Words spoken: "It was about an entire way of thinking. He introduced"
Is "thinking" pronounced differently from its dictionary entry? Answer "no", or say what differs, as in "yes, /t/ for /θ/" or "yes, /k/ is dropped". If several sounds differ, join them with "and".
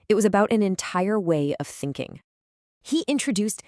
no